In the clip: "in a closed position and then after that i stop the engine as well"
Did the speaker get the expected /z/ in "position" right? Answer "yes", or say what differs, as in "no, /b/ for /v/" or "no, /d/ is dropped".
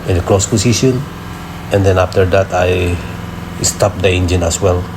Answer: no, /s/ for /z/